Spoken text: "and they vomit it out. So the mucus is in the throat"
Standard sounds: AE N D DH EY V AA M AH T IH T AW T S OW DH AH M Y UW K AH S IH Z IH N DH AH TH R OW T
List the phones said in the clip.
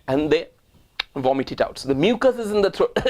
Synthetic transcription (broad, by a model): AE N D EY V AA M AH T IH T AW T S OW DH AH M Y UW K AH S IH Z IH N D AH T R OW